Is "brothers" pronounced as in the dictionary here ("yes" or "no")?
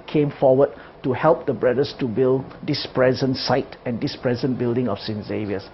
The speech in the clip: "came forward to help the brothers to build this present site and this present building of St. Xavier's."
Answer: no